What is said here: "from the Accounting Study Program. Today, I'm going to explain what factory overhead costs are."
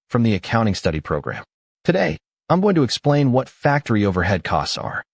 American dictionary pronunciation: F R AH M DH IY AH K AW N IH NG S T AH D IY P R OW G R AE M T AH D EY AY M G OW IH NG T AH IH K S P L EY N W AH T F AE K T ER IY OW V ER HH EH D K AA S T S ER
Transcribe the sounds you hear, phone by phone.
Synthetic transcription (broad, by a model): F R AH M DH IY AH K AW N IH NG S T AH D IY P R OW G R AE M T AH D EY AY M G OW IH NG T AH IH K S P L EY N W AH T F AE K T ER IY OW V ER HH EH D K AA S T S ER